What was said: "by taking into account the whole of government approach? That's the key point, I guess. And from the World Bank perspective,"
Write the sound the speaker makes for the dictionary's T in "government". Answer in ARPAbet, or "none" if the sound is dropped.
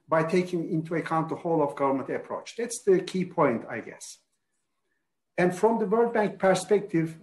T